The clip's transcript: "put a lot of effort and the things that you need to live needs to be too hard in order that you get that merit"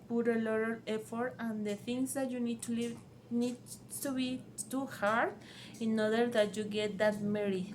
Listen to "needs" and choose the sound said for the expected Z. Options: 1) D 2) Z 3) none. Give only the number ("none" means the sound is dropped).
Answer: 3